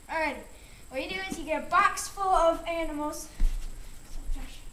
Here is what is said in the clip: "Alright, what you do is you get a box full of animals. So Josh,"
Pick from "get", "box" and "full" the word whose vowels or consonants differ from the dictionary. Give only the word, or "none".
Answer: none